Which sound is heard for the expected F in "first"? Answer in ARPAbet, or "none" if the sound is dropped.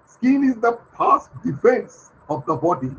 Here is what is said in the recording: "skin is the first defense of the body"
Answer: P